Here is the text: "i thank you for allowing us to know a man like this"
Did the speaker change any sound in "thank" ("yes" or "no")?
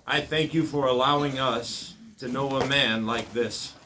no